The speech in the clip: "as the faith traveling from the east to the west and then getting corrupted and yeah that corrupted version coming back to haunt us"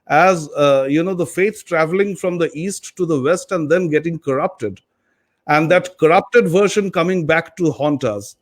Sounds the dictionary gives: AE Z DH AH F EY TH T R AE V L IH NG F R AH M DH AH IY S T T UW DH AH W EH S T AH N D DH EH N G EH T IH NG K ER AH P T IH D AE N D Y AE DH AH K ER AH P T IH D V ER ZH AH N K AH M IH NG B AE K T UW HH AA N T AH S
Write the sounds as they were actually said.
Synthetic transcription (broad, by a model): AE Z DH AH F EY S T R AE V L IH NG F R AH M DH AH IY S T T UW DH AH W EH S T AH N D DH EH N G EH T IH NG K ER AH P T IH D AE N D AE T K ER AH P T IH D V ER SH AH N K AH M IH NG B AE K T UW HH AA N T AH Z